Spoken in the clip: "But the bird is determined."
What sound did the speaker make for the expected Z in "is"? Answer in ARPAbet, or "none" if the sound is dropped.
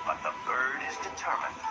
Z